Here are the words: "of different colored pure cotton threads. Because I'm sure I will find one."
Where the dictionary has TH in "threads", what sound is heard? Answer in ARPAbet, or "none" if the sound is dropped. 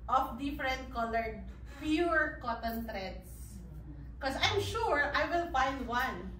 T